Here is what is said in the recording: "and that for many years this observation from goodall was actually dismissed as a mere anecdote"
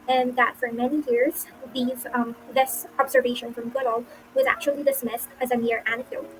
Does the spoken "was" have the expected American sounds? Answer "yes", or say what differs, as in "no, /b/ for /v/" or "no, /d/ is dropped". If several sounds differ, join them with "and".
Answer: yes